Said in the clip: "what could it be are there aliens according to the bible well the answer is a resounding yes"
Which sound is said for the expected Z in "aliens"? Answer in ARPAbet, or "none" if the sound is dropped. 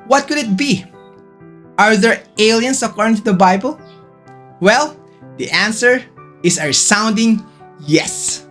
S